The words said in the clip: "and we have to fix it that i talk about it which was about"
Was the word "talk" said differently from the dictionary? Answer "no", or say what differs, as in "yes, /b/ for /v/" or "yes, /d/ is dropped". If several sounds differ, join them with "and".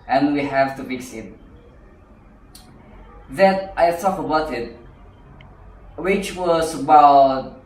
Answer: yes, /s/ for /t/